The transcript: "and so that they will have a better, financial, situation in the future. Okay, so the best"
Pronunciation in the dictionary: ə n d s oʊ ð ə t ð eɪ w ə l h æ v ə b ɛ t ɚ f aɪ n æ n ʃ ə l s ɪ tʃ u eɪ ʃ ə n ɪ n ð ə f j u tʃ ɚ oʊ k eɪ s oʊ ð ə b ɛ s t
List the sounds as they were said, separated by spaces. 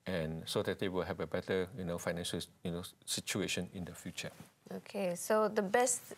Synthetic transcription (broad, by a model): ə n s oʊ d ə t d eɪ w ə l h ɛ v ə b ɛ t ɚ f aɪ n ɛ n ʃ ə n s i tʃ u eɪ ʃ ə n ɪ n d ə f j u tʃ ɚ oʊ k eɪ s oʊ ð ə b ɛ s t